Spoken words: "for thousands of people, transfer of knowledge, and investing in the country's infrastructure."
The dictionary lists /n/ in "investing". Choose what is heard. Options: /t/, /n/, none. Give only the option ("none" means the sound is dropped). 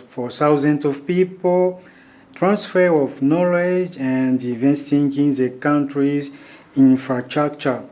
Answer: none